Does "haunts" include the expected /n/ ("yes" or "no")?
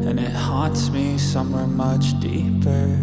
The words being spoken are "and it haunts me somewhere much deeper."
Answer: no